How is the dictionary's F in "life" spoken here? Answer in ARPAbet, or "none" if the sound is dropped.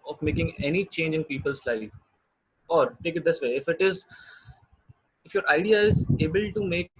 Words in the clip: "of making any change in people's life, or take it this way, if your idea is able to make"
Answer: none